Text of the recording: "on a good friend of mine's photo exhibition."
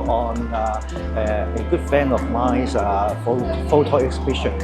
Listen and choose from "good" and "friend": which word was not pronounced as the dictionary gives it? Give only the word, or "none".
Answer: friend